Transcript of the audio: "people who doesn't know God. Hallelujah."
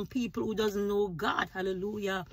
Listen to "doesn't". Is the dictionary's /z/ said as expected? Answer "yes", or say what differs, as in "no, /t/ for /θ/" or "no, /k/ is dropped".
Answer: yes